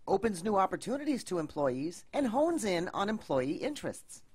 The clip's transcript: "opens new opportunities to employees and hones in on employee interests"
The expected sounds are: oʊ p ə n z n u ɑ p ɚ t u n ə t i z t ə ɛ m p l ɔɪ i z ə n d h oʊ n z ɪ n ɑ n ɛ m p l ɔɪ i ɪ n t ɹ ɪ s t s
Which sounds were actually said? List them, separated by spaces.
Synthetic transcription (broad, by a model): oʊ p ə n z n u ɑ p ɚ t u n ə t i z t ə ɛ m p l ɔɪ i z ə n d h oʊ n z ɪ n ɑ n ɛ m p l ɔɪ i ɪ n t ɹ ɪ s t s